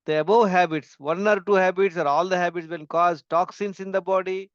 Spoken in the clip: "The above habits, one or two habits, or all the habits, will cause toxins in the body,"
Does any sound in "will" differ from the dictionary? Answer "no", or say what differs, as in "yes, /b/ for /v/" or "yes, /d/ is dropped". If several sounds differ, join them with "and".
yes, /n/ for /l/